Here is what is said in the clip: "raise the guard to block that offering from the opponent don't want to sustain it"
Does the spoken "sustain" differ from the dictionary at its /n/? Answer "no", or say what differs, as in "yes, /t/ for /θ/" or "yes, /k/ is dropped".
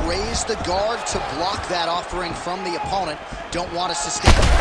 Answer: yes, /n/ is dropped